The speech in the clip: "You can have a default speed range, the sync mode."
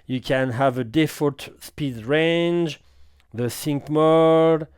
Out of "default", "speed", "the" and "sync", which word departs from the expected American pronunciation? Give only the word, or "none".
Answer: default